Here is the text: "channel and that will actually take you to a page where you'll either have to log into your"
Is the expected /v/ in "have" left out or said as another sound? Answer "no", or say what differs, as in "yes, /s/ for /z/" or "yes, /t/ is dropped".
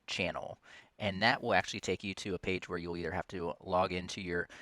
yes, /f/ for /v/